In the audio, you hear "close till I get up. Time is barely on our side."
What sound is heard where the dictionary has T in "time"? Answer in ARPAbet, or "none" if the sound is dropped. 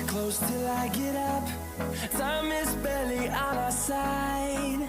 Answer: S